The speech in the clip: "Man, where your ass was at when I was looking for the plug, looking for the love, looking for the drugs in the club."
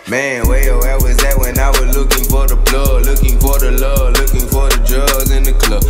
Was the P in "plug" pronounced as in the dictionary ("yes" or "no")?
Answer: no